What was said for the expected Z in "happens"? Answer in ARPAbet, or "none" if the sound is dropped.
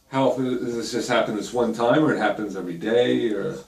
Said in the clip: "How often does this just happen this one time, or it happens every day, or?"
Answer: Z